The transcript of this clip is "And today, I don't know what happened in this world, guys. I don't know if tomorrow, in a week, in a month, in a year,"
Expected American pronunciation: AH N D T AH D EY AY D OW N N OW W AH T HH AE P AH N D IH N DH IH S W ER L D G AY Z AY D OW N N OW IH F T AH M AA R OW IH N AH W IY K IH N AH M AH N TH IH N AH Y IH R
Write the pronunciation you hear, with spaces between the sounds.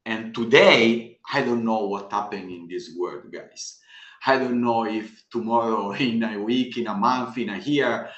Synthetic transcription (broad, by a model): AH N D T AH D EY AY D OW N N OW W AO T HH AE P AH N IH N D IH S W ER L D G AY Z AY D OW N N OW IH F T AH M AA R OW IH N AH W IY K IH N AH M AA N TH IH N AH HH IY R